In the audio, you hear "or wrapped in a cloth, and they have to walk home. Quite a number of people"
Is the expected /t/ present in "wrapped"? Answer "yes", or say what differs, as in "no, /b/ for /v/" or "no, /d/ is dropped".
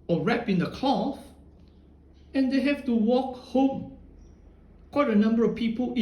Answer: no, /t/ is dropped